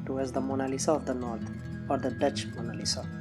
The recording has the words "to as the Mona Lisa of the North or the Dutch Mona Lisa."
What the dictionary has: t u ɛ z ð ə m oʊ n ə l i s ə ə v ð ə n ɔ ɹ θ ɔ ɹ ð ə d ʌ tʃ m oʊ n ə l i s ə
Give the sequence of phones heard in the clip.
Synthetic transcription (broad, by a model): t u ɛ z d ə m oʊ n ə l i s ə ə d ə n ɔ ɹ t ɔ ɹ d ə d ʌ tʃ m oʊ n ə l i s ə